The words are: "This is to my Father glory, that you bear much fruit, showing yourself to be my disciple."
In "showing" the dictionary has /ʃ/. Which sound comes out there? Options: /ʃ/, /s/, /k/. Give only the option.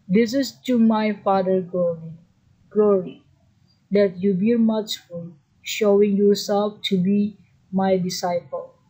/ʃ/